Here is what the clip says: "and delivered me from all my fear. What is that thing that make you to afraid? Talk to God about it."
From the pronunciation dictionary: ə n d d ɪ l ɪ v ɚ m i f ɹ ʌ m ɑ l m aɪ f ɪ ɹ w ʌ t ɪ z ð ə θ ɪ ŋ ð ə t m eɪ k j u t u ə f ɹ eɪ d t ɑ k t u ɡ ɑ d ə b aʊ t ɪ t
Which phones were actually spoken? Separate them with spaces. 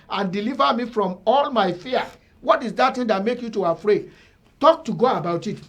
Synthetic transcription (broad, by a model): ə n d d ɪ l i v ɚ m i f ɹ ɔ m ɑ l m aɪ f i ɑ w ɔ t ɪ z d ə t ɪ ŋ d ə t m eɪ k j u t u ə f ɹ eɪ d t ɑ k t u ɡ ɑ ə b aʊ t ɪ t